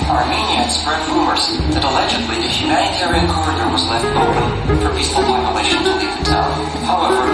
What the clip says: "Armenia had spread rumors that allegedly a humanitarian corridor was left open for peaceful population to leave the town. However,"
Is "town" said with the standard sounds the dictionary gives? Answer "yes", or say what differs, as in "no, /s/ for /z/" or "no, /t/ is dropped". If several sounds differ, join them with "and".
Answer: no, /l/ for /n/